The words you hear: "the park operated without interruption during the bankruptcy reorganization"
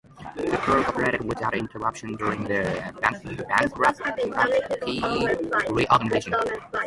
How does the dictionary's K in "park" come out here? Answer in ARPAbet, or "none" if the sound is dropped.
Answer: none